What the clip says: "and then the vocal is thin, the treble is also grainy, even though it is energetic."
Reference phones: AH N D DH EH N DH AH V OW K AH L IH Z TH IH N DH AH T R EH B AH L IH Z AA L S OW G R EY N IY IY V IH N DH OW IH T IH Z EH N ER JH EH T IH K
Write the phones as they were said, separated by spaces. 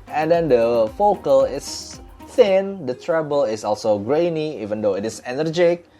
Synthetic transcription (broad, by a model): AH N D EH N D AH F OW K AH L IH S TH IH N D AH T R EH B AH L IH S AA L S OW G R EY N IY IY V IH N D OW IH T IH S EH N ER JH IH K